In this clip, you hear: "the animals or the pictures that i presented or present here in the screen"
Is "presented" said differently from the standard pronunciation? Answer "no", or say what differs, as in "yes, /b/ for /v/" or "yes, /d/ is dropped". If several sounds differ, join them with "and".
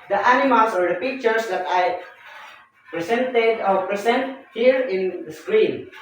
yes, /s/ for /z/